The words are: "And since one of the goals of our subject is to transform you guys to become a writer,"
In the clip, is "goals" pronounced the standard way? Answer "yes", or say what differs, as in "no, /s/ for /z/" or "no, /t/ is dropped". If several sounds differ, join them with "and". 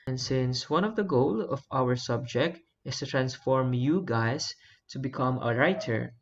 no, /z/ is dropped